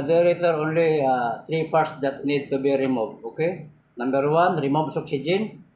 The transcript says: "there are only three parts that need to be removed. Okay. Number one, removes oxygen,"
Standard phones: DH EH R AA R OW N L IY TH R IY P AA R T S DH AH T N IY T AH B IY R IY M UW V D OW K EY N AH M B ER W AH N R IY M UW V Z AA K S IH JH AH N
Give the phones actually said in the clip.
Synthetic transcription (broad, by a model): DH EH R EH R OW N L IY T R IY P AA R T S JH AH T N IY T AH B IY R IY M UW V OW K EY N AH M B ER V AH N R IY M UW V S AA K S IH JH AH N